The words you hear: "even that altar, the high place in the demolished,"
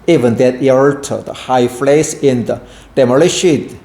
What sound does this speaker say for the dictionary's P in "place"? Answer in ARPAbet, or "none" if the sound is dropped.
F